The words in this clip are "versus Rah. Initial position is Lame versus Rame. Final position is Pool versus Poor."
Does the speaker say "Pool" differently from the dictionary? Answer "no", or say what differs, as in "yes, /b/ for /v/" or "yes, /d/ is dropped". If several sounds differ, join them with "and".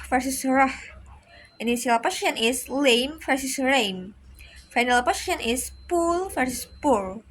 no